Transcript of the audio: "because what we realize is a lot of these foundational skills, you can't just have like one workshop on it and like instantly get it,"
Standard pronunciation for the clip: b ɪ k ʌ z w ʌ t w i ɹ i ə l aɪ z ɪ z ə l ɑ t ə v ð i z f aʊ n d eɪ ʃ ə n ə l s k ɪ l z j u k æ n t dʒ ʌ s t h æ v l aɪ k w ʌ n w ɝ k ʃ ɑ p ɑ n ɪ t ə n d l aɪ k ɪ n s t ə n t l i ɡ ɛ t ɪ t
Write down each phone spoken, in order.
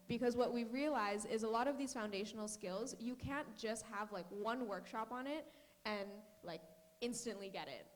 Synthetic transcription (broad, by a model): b ɪ k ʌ z w ʌ t w i ɹ i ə l aɪ z ɪ z ə l ɑ t ə v ð i z f aʊ n d eɪ ʃ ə n l s k ɪ l z j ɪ k æ n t dʒ ʌ s t h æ v l aɪ k w ʌ n w ɝ k ʃ ɑ p n ɪ t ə n l aɪ k ɪ n s t ə n t l i ɡ ɛ t ɪ t